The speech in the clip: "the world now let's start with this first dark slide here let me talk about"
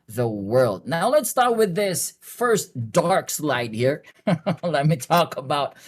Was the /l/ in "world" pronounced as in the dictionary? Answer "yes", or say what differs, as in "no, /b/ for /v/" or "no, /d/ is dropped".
yes